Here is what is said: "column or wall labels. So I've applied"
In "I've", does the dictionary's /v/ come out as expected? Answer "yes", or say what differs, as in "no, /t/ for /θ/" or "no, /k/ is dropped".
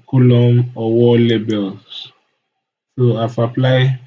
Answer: no, /f/ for /v/